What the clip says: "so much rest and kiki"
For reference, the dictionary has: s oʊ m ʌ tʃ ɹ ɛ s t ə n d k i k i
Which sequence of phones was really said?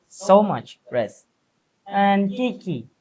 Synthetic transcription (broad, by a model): s oʊ m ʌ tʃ ɹ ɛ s ə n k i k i